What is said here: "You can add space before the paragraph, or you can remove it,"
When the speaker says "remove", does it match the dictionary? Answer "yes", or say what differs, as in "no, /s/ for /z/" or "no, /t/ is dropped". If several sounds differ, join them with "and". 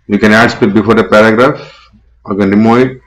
no, /v/ is dropped